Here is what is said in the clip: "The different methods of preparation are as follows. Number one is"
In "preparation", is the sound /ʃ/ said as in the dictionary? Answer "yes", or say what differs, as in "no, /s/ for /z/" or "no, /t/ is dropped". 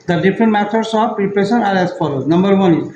no, /s/ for /ʃ/